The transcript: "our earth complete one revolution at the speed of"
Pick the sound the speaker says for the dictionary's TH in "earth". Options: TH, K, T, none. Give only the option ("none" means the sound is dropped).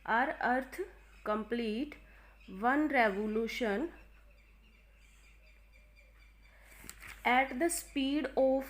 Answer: T